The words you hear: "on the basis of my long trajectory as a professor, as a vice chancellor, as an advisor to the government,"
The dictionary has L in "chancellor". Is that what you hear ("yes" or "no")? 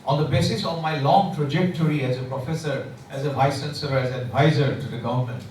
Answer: no